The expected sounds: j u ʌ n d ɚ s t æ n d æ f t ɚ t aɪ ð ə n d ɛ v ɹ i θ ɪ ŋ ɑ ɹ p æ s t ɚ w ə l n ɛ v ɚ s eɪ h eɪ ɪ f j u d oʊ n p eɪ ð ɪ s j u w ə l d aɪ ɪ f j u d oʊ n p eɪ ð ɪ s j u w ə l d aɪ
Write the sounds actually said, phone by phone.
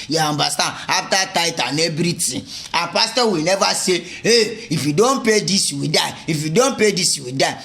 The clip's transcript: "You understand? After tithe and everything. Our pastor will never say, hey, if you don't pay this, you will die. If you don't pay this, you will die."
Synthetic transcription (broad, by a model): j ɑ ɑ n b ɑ s t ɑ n ɑ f t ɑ t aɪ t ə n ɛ b ɹ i t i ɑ p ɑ s t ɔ w ə l n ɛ v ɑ s eɪ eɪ ɪ f j u d oʊ n p eɪ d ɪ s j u w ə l d aɪ ɪ f j u d oʊ n p eɪ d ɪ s j u w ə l d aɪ